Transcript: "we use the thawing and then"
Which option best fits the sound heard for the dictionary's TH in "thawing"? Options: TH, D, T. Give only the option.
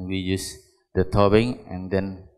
T